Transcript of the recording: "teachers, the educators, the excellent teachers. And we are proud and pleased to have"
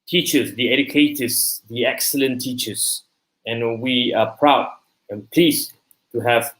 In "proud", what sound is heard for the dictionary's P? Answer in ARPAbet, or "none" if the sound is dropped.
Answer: P